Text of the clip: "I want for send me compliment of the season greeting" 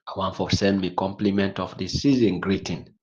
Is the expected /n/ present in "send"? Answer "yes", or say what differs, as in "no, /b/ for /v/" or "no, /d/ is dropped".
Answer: yes